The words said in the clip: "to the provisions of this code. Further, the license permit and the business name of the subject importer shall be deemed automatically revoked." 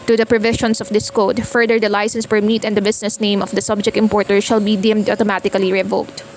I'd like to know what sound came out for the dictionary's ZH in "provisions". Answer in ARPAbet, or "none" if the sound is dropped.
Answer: SH